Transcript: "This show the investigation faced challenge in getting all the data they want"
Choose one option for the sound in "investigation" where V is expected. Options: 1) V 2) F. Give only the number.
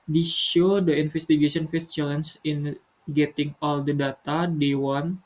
2